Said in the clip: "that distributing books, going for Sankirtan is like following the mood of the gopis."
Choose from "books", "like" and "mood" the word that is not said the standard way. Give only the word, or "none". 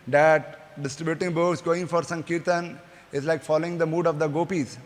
books